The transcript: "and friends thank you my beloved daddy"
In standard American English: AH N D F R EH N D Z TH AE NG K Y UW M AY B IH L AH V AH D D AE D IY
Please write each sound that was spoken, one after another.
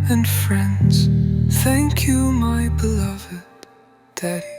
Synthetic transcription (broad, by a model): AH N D F R EH N D Z TH AE NG K Y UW M AY B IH L AH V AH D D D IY